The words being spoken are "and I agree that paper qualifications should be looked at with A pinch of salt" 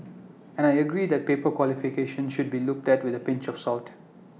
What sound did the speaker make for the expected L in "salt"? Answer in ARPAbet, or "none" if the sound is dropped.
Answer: L